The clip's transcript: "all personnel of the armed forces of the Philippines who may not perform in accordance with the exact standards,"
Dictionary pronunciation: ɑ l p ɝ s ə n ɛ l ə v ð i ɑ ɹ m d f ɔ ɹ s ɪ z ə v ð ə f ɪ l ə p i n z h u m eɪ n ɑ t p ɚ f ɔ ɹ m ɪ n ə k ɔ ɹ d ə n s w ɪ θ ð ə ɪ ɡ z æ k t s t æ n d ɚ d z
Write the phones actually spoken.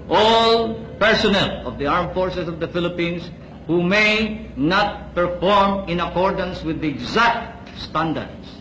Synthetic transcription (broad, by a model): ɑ l p ɝ s ə n ɛ l ə v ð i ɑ ɹ m f ɔ ɹ s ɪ s ə v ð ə f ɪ l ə p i n s h u m eɪ n ɑ t p ɚ f ɔ ɹ m ɪ n ə k ɔ ɹ d ə n s w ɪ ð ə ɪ ɡ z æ k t s t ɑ n d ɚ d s